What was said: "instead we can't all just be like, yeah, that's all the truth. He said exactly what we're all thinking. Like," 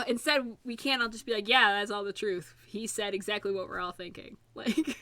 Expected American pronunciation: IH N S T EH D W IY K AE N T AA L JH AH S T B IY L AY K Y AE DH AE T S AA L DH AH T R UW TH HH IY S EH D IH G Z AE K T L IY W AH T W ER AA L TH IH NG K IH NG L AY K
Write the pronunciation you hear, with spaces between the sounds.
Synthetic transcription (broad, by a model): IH N S T EH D W IY K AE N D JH AH S B IY L AY K Y AE DH AE T S AA L DH AH T R UW TH HH IY S EH D IH G Z AE K T L IY W AH T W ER AA L TH IH NG K IH NG L AY K